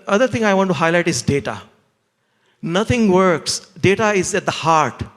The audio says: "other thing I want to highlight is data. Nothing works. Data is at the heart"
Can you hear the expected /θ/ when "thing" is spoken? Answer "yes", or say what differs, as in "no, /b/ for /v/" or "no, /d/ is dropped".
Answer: no, /t/ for /θ/